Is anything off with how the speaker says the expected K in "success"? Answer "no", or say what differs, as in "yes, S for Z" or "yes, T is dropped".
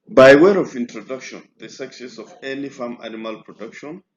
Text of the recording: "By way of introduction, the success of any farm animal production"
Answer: no